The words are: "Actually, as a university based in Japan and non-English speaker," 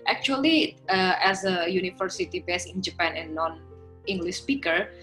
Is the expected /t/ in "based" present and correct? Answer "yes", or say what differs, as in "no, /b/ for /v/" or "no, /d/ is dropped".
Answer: no, /t/ is dropped